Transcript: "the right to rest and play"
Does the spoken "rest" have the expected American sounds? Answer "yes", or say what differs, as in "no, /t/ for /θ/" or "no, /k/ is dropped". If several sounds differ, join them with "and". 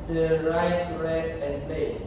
no, /t/ is dropped